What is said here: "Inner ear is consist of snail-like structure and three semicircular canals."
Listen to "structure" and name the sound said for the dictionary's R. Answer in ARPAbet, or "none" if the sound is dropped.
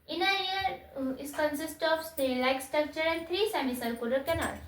R